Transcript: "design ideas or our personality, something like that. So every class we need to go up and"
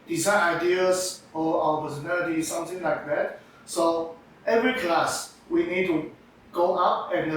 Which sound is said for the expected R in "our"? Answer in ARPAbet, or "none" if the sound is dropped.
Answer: W